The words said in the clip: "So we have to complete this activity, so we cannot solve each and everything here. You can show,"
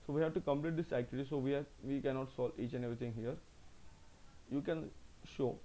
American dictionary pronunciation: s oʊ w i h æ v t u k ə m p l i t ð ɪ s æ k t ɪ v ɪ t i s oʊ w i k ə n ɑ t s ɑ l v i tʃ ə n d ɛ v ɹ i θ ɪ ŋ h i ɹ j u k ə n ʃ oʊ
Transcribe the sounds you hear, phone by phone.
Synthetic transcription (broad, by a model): s oʊ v i h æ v t u k ə m p l i t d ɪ s æ k t ɪ v ɪ t i s oʊ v i k ə n ɑ t s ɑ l i tʃ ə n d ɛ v ɹ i t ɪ ŋ h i ɹ j u k ə n ʃ oʊ